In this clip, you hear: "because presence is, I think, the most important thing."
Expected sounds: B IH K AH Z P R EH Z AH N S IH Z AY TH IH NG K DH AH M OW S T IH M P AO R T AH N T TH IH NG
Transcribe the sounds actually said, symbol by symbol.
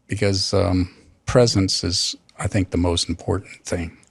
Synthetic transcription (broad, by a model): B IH K AH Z P R EH Z AH N S IH Z AY TH IH NG K DH AH M OW S T M P AO R T N TH IH NG